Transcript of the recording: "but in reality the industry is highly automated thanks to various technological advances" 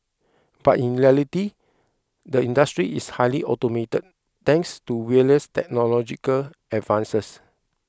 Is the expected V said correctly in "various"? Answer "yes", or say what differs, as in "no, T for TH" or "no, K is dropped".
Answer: no, W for V